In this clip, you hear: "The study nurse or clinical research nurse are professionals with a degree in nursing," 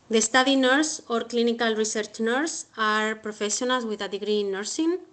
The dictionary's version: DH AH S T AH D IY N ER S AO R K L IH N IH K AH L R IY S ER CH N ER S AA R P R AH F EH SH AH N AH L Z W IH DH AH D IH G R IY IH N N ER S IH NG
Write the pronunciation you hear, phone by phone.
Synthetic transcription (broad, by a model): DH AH S T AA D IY N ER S AO R K L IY N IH K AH L R IY S ER CH N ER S AA R P R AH F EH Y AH N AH L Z W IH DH AH D IH G R IY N N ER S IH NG